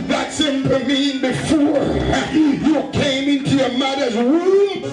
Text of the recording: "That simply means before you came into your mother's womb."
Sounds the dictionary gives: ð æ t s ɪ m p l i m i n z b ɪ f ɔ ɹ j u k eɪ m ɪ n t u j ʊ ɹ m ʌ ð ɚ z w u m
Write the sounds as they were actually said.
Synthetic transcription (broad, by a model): ð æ t s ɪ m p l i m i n b ɪ f ɔ ɹ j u k eɪ m ɪ n t u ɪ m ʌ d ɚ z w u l